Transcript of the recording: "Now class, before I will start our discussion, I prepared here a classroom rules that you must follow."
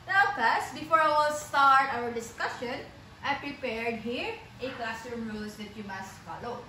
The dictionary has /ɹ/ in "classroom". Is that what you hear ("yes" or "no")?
no